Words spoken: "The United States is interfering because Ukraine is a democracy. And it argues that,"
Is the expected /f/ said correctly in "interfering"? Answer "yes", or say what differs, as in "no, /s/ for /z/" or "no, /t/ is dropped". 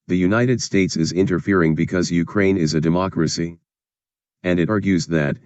yes